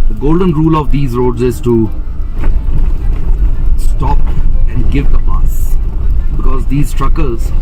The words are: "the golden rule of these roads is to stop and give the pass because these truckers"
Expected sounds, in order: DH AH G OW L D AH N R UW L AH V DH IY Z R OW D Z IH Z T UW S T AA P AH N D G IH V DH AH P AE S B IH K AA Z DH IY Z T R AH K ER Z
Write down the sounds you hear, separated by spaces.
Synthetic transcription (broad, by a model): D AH G OW L D AH N R UW L AH V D IY Z R OW D Z IH Z T UW S T AA P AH N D G IH V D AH B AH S B IH K AA Z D IY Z T R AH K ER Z